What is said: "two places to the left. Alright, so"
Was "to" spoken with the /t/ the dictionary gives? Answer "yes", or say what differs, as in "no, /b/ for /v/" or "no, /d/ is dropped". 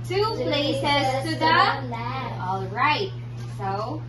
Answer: no, /s/ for /t/